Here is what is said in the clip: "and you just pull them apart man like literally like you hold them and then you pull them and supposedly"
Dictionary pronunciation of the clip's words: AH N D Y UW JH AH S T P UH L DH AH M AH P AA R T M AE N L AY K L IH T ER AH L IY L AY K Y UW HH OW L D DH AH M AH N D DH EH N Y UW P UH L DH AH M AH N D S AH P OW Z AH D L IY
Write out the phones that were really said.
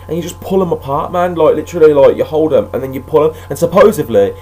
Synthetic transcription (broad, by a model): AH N Y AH JH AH S P UH L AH M AH P AA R T M AE N L AY K L IH T ER AH L IY L AY K Y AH HH OW L D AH M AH N DH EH N Y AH P UH L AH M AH N S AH P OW Z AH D L IY